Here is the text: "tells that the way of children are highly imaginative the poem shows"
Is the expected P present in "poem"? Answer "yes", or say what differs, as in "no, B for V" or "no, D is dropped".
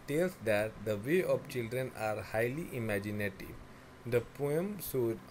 yes